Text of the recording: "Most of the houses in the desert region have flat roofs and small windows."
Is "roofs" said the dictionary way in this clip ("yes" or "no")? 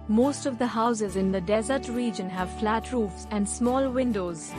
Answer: yes